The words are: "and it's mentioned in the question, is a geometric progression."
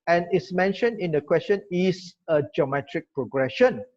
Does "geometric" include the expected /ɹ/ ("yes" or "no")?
yes